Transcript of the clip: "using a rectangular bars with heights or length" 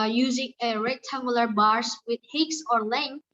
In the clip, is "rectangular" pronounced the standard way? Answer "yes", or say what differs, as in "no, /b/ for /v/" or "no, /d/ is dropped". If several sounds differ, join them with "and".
no, /k/ is dropped